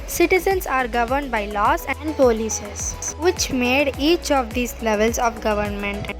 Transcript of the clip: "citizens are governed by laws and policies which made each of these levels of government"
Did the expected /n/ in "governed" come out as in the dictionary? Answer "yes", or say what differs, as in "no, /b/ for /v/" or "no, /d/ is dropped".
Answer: yes